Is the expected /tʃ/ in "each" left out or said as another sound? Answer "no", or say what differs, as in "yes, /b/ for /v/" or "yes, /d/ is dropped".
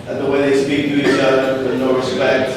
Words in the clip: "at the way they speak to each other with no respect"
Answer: yes, /s/ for /tʃ/